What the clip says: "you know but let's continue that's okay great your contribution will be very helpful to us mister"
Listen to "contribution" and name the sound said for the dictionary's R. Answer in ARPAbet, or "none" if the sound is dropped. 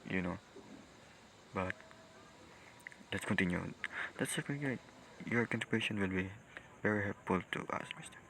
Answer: none